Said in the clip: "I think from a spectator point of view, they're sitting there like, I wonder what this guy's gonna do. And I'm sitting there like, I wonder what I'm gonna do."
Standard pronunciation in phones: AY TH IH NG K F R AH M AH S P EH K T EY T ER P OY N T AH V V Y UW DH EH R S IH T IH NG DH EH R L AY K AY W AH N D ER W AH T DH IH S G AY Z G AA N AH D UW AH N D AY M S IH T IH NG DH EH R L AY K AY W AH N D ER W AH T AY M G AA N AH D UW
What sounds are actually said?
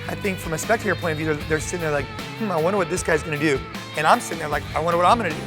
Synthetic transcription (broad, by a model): AY TH IH NG K F R AH M AH S P EH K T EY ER P OY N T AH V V Y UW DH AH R S IH T IH NG DH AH R L AY K AY W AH N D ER W AH T DH IH S G AY Z G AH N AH D UW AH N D AY M S IH T IH NG DH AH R L AY K AY W AH N D ER W AH T AY M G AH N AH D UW